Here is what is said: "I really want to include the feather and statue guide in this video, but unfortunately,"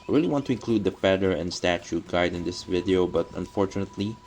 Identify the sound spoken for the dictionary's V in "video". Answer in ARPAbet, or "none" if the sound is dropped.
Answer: V